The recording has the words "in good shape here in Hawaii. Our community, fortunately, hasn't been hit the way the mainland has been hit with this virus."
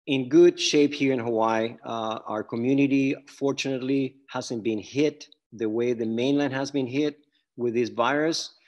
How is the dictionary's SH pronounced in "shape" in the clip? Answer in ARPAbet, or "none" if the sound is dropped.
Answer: SH